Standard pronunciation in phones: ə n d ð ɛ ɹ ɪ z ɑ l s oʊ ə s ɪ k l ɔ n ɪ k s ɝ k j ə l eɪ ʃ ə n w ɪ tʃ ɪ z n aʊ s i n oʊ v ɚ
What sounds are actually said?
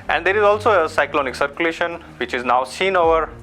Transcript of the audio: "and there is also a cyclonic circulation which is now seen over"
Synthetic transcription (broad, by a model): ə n d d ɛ ɹ ɪ z ɑ l s oʊ ə s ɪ k l ɔ n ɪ k s ɝ k j ə l eɪ ʃ ə n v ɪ tʃ ɪ z n aʊ s i n oʊ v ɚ